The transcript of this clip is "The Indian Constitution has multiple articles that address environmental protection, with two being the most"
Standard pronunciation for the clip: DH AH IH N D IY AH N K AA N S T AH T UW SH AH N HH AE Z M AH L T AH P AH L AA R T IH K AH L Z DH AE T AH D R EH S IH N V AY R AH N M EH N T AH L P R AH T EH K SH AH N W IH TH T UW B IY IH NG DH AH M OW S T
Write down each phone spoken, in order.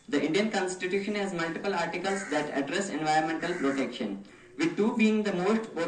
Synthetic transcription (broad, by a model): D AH IH N D IY AH N K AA N S T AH T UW SH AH N HH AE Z M AH L T AH P AH L AA R T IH K AH L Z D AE T AH D R EH S IH N V AY R AH N M EH N T AH L P R AH T EH K SH AH N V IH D T UW B IY IH NG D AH M OW S T